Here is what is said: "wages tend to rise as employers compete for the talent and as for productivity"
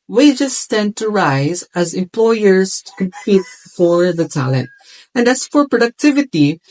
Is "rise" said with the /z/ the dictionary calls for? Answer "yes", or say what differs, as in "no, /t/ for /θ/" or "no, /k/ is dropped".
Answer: yes